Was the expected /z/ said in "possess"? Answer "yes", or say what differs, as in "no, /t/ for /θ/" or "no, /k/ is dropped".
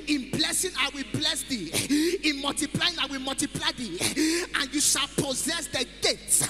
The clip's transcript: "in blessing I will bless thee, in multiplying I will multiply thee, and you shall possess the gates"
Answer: yes